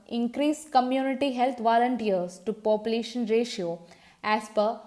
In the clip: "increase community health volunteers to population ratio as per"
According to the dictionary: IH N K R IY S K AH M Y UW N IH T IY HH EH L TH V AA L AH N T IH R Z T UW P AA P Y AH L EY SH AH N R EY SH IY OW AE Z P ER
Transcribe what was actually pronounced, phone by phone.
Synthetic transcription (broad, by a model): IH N K R IY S K AH M Y UW N IH T IY HH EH L T V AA L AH N T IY R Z T UW P AA P Y AH L EY SH AH N R EY SH IY OW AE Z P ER